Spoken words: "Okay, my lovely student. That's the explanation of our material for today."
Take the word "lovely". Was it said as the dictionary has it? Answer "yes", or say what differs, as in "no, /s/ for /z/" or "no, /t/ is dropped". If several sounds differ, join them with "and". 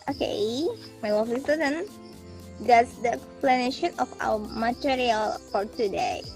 no, /f/ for /v/